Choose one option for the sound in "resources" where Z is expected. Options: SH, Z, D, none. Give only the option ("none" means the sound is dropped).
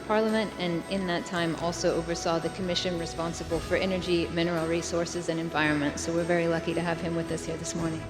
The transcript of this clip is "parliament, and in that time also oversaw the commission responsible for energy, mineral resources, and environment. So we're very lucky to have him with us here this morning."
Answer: Z